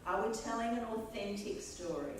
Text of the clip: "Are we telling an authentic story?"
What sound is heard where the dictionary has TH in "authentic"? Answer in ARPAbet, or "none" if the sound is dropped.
TH